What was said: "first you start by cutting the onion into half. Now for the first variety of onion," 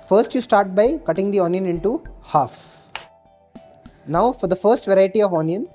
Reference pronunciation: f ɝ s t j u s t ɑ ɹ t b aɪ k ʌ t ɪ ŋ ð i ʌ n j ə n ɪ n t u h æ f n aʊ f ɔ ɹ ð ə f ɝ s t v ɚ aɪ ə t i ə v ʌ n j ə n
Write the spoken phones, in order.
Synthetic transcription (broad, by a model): f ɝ s t j u s t ɑ ɹ t b aɪ k ʌ t ɪ ŋ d i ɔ n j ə n ɪ n t u h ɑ f n aʊ f ɔ ɹ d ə f ɝ s t v ɚ aɪ ə t i ə v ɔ n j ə n